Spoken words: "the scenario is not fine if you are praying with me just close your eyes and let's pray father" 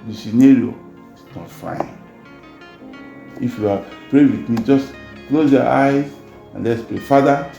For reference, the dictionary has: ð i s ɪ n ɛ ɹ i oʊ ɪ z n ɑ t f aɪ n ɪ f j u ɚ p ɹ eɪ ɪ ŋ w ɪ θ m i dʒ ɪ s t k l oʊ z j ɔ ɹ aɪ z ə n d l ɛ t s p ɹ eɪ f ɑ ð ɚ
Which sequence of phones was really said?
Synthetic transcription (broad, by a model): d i s ɪ n ɛ ɹ i oʊ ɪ s n ɑ t f aɪ n ɪ f j u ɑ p ɹ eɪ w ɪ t m i dʒ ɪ s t k l oʊ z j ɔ aɪ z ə n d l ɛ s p eɪ f ɑ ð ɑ